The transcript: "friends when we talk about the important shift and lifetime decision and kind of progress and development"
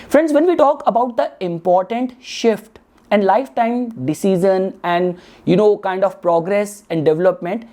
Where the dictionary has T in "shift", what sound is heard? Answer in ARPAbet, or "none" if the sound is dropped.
T